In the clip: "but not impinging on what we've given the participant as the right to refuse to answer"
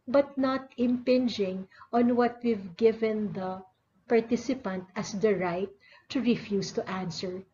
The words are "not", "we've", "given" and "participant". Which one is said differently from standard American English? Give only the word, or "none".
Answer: none